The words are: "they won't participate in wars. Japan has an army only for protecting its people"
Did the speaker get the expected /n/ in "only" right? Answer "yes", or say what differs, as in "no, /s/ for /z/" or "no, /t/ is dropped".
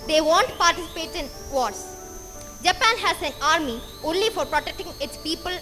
yes